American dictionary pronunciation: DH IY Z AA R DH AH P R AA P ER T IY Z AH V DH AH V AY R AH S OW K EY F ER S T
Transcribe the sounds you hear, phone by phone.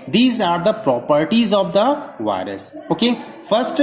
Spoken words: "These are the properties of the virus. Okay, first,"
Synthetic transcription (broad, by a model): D IY Z AA R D AH P R AA P ER T IY Z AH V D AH V AY R AH S OW K EY F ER S T